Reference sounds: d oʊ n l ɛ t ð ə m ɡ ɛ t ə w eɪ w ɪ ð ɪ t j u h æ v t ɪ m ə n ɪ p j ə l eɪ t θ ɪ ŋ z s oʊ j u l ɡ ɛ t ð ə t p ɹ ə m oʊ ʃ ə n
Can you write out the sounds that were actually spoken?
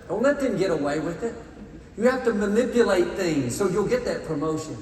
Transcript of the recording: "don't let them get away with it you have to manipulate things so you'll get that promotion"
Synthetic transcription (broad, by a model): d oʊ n l ɛ t ð ə m ɡ ɛ t ə w eɪ w ɪ ð ɪ t j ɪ h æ f t ɪ m ə n ɪ p j ə l eɪ t θ ɪ ŋ z s oʊ j u l ɡ ɛ t ð ə t p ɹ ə m oʊ ʃ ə n